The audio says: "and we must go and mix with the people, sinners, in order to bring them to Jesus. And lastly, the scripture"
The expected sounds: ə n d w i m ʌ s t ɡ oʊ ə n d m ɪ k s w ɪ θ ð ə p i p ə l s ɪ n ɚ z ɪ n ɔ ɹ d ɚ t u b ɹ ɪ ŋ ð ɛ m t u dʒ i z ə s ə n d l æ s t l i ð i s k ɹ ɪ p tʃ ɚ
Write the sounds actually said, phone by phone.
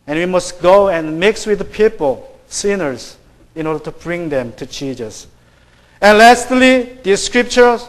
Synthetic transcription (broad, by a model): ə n w i m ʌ s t ɡ oʊ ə n m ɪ k s w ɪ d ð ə p i p ə l s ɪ n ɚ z ɪ n ɔ ɹ d ɚ t u b ɹ ɪ ŋ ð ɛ m t u tʃ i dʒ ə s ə n l æ s t l i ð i s k ɹ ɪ p tʃ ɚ